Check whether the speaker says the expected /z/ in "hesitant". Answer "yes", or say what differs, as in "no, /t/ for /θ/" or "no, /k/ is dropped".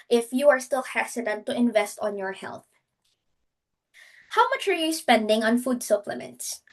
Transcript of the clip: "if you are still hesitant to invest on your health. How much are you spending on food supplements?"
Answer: no, /s/ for /z/